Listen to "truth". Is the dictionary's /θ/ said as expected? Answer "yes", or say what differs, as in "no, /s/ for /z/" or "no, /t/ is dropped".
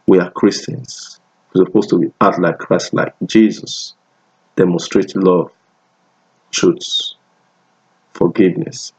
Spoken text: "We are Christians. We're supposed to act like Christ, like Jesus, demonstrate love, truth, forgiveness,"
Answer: no, /s/ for /θ/